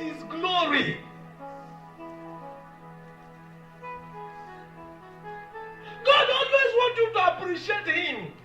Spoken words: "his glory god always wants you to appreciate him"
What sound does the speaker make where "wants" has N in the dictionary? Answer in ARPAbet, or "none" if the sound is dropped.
none